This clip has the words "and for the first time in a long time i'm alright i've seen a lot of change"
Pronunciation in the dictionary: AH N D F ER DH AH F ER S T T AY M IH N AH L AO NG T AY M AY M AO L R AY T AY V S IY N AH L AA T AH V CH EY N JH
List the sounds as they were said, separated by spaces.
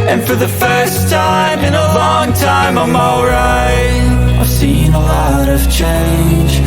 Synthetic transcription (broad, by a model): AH N F ER DH AH F ER S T T AY M IH N AH L AO NG T AY M AY M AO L R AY AY V S IY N AH L AA T AH V CH EY N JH